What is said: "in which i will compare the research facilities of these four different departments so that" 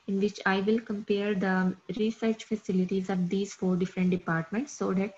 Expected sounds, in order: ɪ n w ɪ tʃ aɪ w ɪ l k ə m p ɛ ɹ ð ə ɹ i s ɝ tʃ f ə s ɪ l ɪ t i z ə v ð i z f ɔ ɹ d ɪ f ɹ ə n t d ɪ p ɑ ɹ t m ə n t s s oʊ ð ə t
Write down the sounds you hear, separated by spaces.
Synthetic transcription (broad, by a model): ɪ n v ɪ tʃ aɪ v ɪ l k ə m p ɛ ɹ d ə ɹ i s ɝ tʃ f ə s ɪ l ɪ t i z ə v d i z f ɔ ɹ d ɪ f ɹ ə n t d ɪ p ɑ ɹ t m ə n t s s oʊ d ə t